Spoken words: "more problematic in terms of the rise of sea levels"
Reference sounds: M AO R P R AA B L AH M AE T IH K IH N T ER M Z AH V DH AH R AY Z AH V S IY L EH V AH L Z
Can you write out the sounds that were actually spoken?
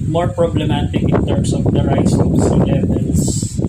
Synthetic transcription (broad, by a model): M AO R P R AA B L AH M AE T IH K IH N T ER M S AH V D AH R AY S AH S IY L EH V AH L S